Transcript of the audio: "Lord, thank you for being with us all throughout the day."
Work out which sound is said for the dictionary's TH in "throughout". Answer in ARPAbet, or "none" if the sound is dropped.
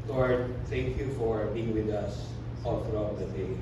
F